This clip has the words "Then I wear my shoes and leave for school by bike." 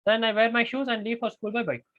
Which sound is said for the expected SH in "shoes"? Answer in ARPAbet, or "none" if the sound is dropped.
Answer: SH